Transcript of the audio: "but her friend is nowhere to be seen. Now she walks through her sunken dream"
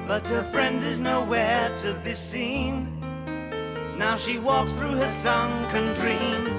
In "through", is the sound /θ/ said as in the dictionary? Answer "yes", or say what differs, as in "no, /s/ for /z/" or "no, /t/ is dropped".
yes